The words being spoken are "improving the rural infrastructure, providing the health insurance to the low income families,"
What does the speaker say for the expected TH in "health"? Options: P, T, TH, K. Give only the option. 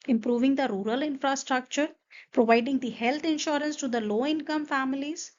T